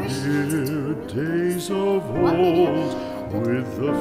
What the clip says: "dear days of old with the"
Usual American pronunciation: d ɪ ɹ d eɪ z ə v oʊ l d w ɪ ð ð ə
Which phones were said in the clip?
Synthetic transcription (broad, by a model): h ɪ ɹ d eɪ z ə v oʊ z w ɪ ð ð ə